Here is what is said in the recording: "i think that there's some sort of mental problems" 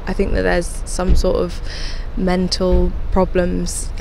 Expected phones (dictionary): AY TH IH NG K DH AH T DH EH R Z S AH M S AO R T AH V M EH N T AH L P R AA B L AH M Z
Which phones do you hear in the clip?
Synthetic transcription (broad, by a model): AY TH IH NG K DH AH T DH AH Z S AH M S AO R T AH V M EH N T AH L P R AA B L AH M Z